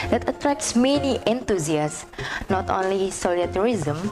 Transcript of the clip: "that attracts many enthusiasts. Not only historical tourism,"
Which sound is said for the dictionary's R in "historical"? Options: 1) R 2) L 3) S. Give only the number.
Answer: 2